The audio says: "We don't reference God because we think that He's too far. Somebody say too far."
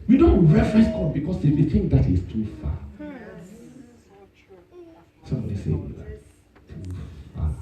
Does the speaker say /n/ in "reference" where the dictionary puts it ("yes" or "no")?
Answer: no